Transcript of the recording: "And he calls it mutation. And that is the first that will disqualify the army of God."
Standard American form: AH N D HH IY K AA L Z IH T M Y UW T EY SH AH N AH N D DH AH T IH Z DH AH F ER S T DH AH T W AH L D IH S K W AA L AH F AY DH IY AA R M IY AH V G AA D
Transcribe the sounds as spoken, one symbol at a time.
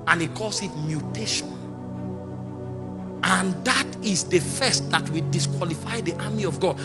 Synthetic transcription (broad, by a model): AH N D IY K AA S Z IH T M Y UW T EY SH AH N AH N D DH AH T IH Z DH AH F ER S T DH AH T W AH D IH S K W AA L AH F AY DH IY AA M IY AH V G AA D